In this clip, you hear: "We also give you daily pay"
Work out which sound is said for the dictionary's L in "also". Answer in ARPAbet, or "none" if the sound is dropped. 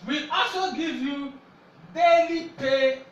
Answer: none